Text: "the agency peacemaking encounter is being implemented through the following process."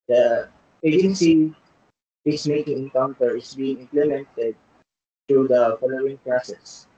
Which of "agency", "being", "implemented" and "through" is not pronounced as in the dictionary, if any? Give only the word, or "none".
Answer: through